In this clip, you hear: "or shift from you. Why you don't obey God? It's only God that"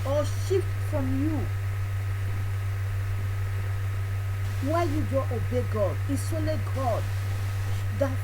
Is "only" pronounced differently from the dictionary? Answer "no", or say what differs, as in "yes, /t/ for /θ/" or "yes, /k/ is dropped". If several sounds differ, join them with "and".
yes, /n/ is dropped